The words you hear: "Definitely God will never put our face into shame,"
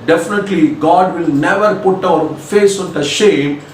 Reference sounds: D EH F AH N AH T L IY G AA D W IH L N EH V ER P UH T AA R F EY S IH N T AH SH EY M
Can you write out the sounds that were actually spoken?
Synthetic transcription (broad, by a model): D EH F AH N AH T L IY G AA D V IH L N EH V ER P UH T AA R F EY S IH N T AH SH EY M